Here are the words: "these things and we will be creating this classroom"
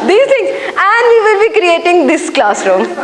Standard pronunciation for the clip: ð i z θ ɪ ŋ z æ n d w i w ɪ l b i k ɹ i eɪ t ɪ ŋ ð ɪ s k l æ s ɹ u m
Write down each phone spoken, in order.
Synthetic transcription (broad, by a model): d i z t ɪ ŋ æ n d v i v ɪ l b i k ɹ i eɪ t ɪ ŋ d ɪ s k l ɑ s ɹ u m